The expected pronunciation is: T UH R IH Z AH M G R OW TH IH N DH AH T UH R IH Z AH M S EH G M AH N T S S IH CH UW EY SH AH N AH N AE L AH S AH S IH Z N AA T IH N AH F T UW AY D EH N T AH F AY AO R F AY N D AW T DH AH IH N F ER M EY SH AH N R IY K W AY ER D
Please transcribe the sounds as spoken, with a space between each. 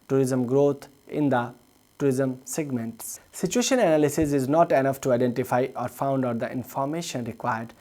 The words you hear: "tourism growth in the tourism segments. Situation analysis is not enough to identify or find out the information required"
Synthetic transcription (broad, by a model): T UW R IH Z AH M G R OW T IH N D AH T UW R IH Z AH M S EH G M AH N T S S IH CH UW EY SH AH N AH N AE L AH S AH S IH Z N AA T IH N AH F T UW AY D EH N T AH F AY AO R F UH N D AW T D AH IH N F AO M EY SH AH N R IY K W AY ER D